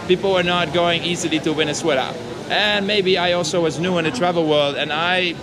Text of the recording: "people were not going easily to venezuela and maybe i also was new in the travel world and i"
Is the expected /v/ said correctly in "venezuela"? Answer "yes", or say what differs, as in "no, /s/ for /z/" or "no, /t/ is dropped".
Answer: no, /w/ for /v/